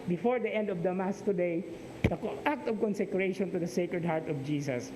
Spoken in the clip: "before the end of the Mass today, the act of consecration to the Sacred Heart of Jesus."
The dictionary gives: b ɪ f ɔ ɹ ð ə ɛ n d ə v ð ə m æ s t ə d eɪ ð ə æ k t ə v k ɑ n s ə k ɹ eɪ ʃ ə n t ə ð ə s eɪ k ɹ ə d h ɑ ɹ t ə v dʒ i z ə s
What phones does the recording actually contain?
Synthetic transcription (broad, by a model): b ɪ f ɔ ɹ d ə ɛ n d ə v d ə m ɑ s t ə d eɪ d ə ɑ k t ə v k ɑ n s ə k ɹ eɪ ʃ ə n t ə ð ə s eɪ k ɹ ə d h ɑ ɹ t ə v dʒ i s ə s